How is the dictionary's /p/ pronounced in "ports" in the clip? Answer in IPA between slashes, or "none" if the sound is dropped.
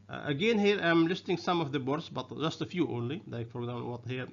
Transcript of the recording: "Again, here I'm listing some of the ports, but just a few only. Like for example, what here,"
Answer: /b/